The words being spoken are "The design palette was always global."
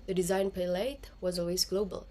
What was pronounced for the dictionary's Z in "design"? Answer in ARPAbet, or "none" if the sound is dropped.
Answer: Z